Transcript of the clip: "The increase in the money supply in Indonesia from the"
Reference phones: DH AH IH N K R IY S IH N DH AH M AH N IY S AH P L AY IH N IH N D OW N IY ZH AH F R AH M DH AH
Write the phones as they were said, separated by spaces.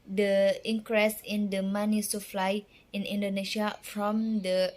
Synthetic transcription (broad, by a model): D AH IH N K R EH S IH N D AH M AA N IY S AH F L AY IH N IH N D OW N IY SH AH F R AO M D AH